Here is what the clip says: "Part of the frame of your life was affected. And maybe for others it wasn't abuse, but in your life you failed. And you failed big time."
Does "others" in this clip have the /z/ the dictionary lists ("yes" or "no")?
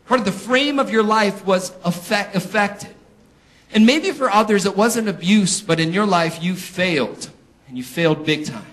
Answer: yes